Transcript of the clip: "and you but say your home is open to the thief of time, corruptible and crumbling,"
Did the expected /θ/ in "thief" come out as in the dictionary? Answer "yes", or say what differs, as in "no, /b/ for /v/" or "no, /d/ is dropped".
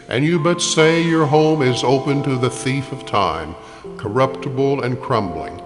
yes